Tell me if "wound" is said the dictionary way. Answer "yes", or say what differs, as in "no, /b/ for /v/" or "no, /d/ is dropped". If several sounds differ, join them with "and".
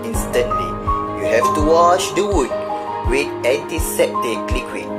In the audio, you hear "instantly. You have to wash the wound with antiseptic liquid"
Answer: no, /n/ is dropped